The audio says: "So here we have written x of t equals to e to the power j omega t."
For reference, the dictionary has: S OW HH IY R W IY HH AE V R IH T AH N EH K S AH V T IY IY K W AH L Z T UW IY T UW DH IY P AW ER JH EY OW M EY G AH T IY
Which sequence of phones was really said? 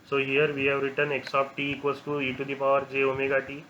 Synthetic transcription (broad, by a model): S OW HH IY R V IY HH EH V R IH T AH N EH K S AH P T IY IY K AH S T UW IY T UW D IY P AW ER JH EY OW M EY G AH T IY